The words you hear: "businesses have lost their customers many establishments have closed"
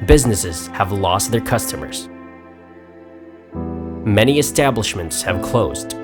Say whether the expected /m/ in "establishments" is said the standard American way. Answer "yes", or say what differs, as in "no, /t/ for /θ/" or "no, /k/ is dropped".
yes